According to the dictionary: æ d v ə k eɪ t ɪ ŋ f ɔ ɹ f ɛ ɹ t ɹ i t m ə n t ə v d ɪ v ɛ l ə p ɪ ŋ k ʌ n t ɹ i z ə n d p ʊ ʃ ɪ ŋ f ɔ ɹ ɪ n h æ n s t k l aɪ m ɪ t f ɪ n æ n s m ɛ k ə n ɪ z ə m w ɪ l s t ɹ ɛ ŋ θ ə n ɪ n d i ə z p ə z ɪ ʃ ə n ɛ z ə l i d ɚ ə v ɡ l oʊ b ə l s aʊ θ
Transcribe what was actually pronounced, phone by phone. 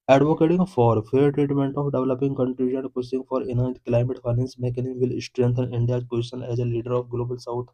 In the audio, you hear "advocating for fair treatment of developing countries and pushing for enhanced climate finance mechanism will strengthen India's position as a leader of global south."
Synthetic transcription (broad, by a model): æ d v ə k eɪ t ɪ ŋ f ɔ ɹ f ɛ ɹ t ɹ i t m ə n t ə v d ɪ v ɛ l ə p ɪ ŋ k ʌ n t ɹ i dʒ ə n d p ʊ s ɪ ŋ f ɔ ɹ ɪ n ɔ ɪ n t k l aɪ m ɪ t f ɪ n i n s m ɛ k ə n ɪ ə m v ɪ l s t ɹ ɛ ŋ t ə n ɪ n d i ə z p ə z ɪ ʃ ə n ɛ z ə l i d ɚ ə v ɡ l oʊ b ə l s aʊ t